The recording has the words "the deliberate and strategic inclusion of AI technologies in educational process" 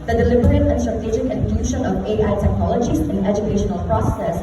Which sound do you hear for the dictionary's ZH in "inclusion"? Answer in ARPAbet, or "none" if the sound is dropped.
SH